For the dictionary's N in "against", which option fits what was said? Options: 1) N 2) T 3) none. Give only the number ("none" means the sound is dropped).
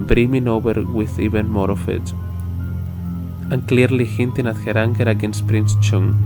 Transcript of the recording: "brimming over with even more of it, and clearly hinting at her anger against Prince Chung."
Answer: 1